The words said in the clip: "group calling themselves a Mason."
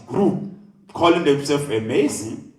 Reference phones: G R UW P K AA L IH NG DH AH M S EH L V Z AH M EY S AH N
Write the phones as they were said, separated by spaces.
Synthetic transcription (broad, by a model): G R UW K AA L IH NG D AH S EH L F AH M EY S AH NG